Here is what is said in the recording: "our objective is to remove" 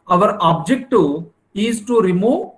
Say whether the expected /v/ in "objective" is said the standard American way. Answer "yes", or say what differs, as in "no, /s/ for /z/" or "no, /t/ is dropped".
no, /v/ is dropped